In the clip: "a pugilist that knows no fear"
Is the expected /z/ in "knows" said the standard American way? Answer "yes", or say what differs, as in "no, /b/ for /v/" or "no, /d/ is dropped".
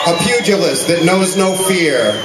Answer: yes